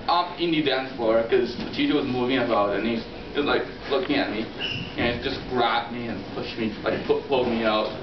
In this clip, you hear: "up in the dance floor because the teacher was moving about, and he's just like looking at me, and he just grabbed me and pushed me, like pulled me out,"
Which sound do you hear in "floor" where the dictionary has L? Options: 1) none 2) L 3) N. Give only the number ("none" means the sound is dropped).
1